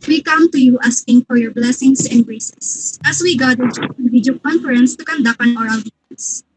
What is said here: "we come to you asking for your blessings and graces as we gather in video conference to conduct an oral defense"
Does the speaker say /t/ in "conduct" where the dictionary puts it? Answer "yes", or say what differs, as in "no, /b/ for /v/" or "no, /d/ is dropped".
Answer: no, /t/ is dropped